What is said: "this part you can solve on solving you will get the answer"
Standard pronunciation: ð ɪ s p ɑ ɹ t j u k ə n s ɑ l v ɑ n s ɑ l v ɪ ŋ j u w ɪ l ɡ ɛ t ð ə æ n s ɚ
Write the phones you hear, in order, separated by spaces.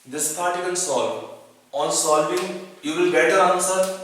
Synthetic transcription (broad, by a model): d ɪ s p ɑ ɹ t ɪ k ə l s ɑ l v ɑ n s ɑ l v ɪ ŋ j u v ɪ l ɡ ɛ t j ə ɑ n s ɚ